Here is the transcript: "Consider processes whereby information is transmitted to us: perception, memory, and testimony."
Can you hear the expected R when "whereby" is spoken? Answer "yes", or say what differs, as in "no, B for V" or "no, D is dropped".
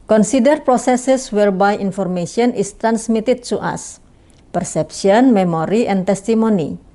yes